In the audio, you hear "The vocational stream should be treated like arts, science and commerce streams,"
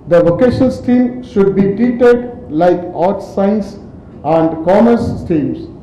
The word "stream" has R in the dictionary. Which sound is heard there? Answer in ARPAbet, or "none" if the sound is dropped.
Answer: none